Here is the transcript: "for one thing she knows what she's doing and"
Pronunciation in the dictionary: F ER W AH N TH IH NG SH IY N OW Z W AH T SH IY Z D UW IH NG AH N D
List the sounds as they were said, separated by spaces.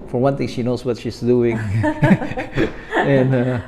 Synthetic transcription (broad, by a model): F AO W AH N T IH NG SH IY N OW S W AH T SH IY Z D UW IH NG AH N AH